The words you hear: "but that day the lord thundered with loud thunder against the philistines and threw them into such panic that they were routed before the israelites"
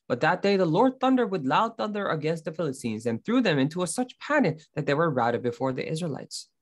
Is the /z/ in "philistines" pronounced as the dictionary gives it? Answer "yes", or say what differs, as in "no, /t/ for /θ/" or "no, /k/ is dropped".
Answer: yes